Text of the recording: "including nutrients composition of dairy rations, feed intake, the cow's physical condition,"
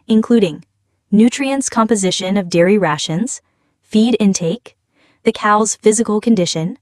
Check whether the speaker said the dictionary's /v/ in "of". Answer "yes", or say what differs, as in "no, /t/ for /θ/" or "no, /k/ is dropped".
yes